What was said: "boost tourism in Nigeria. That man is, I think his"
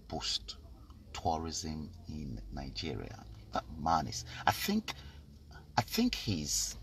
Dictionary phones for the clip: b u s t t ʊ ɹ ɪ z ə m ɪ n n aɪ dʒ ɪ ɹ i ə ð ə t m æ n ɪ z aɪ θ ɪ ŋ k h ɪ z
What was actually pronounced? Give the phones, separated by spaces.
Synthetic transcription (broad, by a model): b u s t t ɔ ɹ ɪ z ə m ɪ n n aɪ dʒ ɪ ɹ i ə ð ə t m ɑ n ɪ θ aɪ θ ɪ ŋ k h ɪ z